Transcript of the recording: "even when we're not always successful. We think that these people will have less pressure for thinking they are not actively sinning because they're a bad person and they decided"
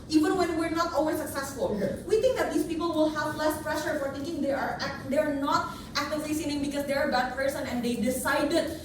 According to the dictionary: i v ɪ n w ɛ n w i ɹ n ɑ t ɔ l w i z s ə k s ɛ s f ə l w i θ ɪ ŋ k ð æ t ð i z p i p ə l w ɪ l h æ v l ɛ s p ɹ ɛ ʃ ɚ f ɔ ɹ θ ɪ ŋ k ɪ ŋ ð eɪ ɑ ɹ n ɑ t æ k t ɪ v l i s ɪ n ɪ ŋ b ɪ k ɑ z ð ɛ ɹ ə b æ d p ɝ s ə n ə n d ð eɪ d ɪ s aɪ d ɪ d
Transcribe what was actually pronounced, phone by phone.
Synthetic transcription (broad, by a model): i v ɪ n w ɛ n w i ɹ n ɑ t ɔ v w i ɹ s ə k s ɛ s f ə l w i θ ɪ ŋ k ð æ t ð i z p i p ə l w ɪ l h æ v l ɛ s p ɹ ɛ ʃ ɚ f ɔ ɹ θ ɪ ŋ k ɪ ŋ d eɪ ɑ ɹ n ɑ t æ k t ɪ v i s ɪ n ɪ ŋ b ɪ k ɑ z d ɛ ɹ ə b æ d p ɝ s ə n ə n d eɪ d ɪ s aɪ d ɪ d